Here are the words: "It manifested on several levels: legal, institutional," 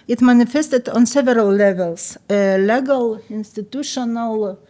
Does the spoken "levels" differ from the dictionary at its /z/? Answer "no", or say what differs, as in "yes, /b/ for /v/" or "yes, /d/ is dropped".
yes, /s/ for /z/